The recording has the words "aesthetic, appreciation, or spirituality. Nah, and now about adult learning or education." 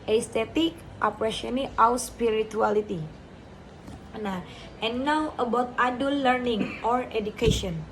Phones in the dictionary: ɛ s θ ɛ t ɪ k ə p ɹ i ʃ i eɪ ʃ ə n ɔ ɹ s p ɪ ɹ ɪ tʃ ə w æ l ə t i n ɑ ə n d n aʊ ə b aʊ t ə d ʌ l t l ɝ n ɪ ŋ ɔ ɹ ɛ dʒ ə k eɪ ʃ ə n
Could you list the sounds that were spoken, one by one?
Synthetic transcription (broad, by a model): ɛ s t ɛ t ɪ k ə p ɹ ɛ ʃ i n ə ɔ w s p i ɹ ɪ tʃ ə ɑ l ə t i n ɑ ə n n aʊ ə b aʊ t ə d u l l ɝ n ɪ ŋ ɔ ɹ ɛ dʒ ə k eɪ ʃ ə n